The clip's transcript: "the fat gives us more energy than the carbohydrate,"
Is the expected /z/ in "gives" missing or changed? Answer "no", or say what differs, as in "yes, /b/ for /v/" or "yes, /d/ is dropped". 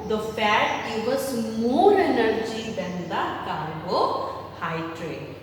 yes, /z/ is dropped